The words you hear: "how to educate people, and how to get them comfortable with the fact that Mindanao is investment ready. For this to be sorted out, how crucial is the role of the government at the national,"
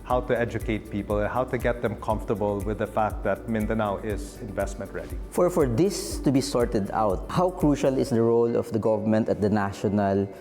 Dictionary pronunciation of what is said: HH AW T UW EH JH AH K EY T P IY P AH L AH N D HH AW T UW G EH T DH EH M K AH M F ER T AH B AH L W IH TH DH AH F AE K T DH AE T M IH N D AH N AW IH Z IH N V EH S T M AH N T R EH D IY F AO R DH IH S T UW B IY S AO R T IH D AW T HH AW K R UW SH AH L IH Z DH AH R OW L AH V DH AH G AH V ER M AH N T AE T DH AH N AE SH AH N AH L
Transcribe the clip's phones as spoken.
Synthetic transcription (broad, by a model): HH AW T UW EH JH AH K EY T P IY P AH L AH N HH AW T UW G EH T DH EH M K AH M F T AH B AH L W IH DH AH F AE K T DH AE T M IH N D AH N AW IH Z IH N V EH S T M AH N T R EH D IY F AO R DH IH S T UW B IY S AO R T IH D AW T HH AW K R UW SH AH L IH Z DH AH R OW L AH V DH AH G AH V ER M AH N T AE T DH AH N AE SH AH N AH L